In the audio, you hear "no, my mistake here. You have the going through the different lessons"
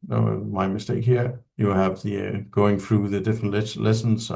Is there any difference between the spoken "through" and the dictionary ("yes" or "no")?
no